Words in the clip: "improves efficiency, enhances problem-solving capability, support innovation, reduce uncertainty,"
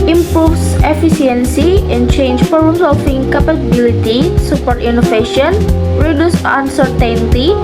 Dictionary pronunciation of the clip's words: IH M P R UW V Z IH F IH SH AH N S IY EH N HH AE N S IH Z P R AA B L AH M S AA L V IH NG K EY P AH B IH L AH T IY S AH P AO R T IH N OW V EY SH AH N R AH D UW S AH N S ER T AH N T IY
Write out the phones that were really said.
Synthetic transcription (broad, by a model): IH M P R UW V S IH F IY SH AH N S IY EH N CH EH N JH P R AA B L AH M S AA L F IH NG K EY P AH B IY L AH T IY S AH P AO R T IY N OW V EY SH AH N R AH D UW S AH N S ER T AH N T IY